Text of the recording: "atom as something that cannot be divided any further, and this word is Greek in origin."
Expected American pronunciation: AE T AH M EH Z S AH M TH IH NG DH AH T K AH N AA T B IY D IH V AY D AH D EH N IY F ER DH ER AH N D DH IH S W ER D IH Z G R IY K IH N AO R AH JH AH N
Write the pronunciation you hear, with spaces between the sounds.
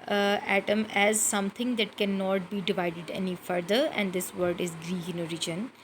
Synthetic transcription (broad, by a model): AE T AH M EH Z S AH M T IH NG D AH T K AH N AA T B IY D IH V AY D AH D EH N IY F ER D ER AH N D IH S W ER D IH Z G R IY IH N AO R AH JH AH N